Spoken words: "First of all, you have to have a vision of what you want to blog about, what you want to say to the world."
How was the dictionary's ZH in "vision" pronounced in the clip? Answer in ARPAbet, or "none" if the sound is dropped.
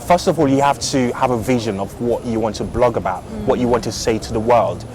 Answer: ZH